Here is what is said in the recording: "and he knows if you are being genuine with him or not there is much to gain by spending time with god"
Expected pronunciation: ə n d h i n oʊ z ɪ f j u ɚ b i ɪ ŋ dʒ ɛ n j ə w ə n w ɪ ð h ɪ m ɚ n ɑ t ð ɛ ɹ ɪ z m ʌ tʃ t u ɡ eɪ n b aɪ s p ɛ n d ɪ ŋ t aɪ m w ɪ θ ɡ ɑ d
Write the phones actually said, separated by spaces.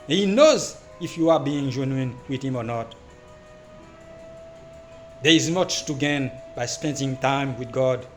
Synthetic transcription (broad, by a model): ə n h i n oʊ z ɪ f j u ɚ b i ɪ ŋ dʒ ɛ n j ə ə n w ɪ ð h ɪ m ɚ n ɑ t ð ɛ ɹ ɪ z m ʌ tʃ t u ɡ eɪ n b aɪ s p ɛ n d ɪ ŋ t aɪ m w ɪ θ ɡ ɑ d